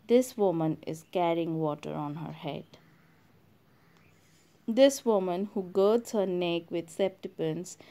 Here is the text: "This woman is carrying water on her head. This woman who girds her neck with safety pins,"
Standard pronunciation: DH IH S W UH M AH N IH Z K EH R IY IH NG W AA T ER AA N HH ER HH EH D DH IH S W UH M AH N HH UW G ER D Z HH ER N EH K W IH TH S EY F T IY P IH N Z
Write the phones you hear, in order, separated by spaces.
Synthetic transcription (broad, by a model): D IH S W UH M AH N IH Z K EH R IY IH NG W AA T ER AA N HH ER HH EH D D IH S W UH M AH N HH UW G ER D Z HH ER N EH K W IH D S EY P T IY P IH N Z